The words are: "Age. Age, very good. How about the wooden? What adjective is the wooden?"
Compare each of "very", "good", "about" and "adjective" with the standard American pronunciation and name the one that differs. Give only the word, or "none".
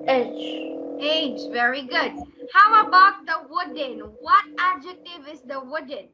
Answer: none